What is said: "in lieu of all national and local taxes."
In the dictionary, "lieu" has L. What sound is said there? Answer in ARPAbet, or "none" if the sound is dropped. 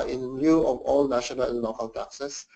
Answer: N